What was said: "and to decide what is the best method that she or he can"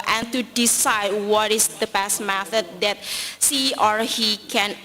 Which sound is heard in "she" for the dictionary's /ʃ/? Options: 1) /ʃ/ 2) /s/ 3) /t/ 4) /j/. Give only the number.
2